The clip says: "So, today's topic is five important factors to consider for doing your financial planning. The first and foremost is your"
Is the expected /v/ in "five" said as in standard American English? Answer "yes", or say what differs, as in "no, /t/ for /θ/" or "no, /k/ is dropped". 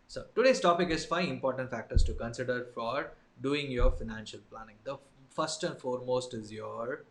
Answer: no, /v/ is dropped